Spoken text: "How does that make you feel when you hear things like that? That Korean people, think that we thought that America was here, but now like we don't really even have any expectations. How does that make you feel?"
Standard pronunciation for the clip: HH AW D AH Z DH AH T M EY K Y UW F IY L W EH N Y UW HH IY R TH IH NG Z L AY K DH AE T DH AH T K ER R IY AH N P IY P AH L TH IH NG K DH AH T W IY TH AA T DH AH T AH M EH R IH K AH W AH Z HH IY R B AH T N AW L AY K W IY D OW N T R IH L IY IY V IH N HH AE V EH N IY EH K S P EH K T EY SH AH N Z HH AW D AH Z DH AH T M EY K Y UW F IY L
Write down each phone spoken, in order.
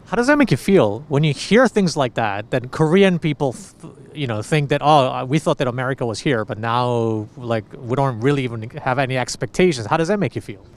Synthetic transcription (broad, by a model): HH AW D AH Z DH AH T M EY K Y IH F IY L W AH N Y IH HH IY R TH IH NG Z L AY K DH AE T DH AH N K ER R IY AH N P IY P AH N TH IH NG K DH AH T W IY TH AA T DH AH T AH M EH R IH K AH W AH Z HH IY R B AH T N AW L AY K W IY D OW N T R IH L IY IY V IH N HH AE V EH N IY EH K S P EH K T EY SH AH N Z HH AW D AH Z DH AH T M EY K Y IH F IY L